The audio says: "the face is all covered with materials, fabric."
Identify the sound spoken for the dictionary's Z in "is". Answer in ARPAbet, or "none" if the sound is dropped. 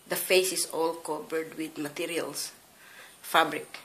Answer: S